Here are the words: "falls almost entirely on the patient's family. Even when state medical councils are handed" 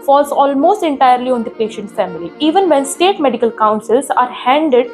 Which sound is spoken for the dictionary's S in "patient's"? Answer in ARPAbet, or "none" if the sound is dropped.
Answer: none